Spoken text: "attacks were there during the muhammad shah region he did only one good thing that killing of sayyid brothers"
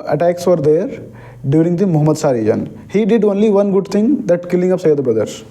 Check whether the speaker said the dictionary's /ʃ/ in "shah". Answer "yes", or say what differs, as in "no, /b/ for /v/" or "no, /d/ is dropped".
no, /s/ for /ʃ/